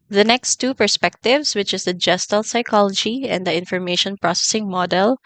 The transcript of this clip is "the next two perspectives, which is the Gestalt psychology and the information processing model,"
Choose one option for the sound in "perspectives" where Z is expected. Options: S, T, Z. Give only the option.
S